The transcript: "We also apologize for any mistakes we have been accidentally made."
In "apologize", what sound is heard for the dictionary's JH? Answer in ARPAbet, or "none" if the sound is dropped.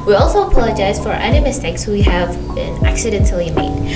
JH